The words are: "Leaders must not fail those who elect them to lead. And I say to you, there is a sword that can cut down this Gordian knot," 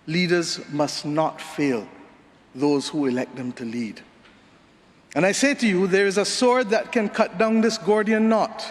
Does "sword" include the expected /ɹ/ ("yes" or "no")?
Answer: yes